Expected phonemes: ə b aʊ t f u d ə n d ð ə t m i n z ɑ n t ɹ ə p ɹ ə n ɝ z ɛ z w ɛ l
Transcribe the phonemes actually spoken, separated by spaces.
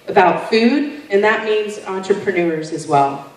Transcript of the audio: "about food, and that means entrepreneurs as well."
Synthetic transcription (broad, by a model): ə b aʊ t f u d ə n ð ə t m i n z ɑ n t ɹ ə p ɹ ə n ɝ z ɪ z w ɛ l